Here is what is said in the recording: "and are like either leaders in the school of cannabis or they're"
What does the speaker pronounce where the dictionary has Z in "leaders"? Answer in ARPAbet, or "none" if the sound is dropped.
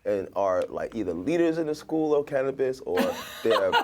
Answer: Z